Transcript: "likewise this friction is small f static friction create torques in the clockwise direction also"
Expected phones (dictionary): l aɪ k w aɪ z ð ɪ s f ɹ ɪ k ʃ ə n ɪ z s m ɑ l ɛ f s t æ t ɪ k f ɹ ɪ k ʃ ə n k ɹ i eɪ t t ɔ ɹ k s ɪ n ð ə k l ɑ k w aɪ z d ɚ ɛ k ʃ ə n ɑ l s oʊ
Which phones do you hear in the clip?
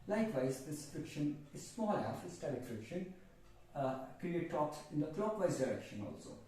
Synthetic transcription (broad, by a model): l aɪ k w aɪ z ð ɪ s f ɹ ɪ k ʃ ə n ɪ z s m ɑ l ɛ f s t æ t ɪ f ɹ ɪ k ʃ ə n k i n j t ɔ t ɪ n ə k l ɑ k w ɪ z d ɚ ɛ k ʃ ə n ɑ l s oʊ